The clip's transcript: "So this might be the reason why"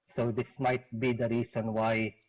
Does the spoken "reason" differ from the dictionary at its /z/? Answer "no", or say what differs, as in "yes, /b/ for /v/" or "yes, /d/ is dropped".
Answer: yes, /s/ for /z/